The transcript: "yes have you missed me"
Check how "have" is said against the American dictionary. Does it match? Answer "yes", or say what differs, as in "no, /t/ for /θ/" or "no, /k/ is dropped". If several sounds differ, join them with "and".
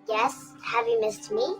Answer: yes